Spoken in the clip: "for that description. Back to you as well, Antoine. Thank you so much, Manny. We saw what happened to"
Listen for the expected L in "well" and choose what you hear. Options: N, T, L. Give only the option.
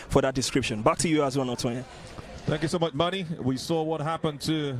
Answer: N